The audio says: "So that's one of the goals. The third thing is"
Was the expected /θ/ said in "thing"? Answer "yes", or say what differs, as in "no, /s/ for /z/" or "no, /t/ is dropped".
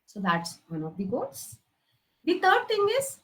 no, /t/ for /θ/